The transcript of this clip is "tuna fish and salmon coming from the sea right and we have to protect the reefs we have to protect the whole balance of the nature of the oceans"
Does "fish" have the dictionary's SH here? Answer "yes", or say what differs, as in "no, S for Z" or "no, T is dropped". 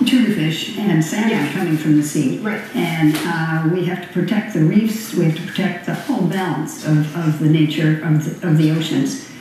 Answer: yes